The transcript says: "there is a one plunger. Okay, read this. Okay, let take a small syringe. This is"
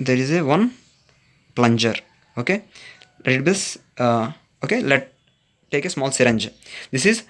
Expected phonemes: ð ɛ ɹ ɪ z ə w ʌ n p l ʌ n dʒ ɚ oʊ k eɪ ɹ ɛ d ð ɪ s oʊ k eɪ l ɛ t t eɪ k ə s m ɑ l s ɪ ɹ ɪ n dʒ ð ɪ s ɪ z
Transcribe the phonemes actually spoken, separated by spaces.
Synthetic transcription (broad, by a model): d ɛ ɹ ɪ z ə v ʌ n p l ʌ n dʒ ɚ oʊ k eɪ l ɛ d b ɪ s oʊ k eɪ l ɛ t t eɪ k ə s m ɑ l s ɪ ɹ ɪ n dʒ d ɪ s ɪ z